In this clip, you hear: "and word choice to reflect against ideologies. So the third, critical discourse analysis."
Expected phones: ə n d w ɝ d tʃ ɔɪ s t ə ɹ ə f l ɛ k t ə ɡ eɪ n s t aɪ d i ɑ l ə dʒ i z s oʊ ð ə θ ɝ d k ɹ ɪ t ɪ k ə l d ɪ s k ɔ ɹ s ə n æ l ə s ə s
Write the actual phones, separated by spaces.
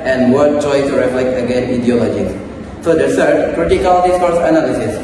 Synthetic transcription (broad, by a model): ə n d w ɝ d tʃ ɔɪ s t ɹ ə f l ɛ k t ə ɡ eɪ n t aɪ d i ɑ l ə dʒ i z s oʊ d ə s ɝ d k ɹ ɪ t ɪ k ə l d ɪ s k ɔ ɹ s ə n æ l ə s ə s